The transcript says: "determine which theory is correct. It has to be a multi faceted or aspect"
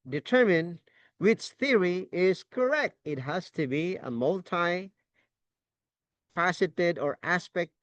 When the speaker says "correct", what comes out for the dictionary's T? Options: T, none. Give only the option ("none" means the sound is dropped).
T